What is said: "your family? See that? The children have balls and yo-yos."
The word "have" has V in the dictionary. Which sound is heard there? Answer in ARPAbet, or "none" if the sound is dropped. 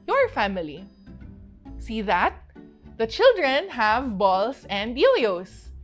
V